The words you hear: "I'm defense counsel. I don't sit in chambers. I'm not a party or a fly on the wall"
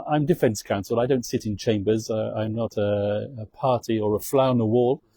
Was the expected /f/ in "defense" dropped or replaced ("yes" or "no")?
no